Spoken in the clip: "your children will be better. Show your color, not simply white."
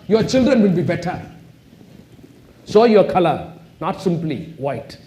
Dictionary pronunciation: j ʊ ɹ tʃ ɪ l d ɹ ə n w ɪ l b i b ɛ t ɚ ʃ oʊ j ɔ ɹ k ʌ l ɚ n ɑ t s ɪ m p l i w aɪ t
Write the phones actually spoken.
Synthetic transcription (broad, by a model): j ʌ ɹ tʃ ɪ l d ɹ ə n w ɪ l b i b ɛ t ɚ s oʊ j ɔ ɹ k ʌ l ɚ n ɑ t s ɪ m p l i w aɪ t